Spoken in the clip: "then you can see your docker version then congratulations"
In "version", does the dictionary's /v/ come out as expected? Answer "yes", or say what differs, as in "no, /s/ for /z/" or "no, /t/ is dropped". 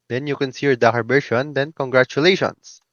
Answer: no, /b/ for /v/